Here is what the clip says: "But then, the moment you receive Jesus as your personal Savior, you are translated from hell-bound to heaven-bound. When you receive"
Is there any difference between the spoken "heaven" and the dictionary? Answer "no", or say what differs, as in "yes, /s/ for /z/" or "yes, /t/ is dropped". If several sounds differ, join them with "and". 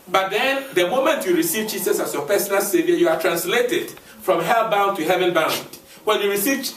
no